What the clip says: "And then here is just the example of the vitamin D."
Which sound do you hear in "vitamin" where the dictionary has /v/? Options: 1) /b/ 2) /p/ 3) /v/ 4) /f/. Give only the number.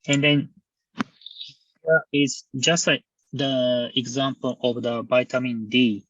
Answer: 1